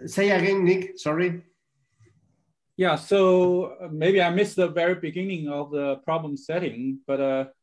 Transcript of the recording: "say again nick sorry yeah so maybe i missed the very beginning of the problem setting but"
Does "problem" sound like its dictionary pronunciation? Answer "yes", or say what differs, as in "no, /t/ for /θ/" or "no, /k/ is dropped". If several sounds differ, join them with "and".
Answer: yes